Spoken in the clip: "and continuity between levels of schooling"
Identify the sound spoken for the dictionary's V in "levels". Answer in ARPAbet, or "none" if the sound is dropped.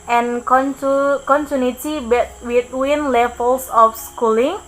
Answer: F